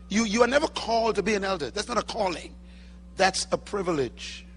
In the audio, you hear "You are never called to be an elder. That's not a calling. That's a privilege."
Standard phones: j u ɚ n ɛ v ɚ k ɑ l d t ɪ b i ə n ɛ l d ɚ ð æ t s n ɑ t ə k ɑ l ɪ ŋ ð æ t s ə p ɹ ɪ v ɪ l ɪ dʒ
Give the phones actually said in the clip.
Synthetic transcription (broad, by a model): j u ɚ n ɛ v ɚ k ɑ l d t ɪ b i ə n ɛ l d ɚ ð æ t s n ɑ t ə k ɑ l ɪ ŋ ð æ t s ə p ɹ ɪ v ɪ l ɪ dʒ